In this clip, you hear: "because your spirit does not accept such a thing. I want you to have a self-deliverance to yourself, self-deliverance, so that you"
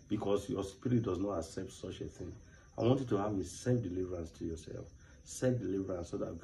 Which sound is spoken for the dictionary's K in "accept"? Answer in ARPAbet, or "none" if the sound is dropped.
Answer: K